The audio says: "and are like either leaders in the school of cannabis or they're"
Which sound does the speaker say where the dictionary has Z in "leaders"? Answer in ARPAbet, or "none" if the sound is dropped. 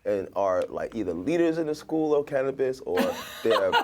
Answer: Z